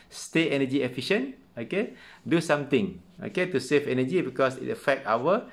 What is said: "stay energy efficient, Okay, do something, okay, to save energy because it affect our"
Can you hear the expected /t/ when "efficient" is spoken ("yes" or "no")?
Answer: no